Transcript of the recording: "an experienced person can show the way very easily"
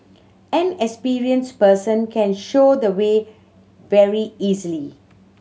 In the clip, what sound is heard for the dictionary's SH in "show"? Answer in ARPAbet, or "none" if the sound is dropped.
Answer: SH